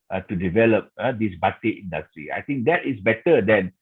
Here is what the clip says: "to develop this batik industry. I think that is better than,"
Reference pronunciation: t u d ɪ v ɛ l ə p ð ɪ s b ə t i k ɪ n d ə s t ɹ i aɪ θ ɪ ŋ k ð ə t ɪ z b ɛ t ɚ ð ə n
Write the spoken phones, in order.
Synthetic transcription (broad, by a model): t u d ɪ v ɛ l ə p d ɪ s b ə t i ɪ n d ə s t ɹ i aɪ t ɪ ŋ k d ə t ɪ s b ɛ t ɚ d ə n